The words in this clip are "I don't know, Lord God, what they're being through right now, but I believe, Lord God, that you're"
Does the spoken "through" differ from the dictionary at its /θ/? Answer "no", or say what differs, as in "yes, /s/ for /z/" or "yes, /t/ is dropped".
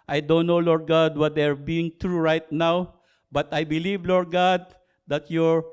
yes, /t/ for /θ/